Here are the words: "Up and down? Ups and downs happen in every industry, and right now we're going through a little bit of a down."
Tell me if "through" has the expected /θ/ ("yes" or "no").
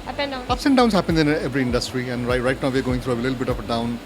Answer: no